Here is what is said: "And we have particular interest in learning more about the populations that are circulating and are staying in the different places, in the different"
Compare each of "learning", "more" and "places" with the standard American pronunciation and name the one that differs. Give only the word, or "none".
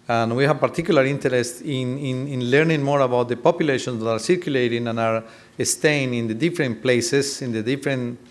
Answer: places